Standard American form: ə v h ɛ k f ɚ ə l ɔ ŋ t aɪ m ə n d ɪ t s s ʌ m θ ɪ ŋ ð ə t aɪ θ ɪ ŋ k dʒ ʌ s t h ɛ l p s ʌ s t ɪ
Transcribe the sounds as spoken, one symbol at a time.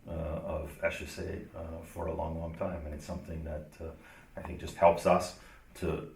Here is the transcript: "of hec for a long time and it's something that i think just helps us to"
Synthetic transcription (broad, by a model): ə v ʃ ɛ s f ɚ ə l ɔ ŋ t aɪ m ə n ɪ t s s ʌ m θ ɪ ŋ ð ə t aɪ θ ɪ ŋ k dʒ ʌ s t h ɛ l p s ʌ s t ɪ